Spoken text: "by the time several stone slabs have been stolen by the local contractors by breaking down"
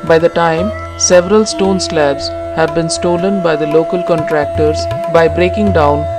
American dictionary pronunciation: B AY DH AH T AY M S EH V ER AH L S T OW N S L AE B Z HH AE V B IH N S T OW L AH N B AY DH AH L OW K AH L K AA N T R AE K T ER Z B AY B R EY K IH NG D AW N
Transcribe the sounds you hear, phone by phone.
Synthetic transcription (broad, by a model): B AY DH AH T AY M S EH V ER AH L S T OW N S L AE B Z HH AE V B IH N S T OW L AH N B AY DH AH L OW K AH L K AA N T R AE K T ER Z B AY B R EY K IH NG D AW N